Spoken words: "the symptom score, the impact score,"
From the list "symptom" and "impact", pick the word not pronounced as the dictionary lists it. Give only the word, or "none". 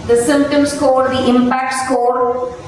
none